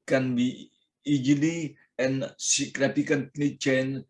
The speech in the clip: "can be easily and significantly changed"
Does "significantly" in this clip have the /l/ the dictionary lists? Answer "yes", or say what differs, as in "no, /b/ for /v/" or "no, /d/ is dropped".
no, /n/ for /l/